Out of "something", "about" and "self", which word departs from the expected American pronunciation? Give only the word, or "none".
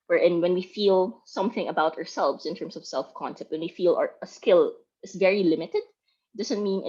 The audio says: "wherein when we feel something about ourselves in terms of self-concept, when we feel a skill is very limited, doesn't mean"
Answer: none